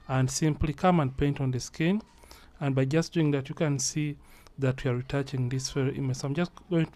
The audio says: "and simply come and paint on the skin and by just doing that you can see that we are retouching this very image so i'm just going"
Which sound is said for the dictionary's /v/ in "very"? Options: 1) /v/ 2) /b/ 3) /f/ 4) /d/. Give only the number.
3